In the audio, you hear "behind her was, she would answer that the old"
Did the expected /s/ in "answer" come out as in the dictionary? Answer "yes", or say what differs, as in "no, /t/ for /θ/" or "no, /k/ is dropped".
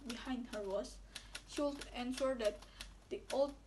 no, /ʃ/ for /s/